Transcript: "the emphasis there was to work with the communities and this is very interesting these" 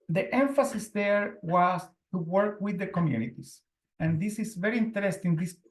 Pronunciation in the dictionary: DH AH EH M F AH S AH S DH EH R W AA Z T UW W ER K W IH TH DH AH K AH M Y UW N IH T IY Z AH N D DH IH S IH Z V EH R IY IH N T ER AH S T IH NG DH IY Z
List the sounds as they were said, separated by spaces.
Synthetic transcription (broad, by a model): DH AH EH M F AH S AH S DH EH R W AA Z T UW W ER K W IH DH AH K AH M Y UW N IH T IY S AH N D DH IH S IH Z V EH R IY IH N T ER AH S T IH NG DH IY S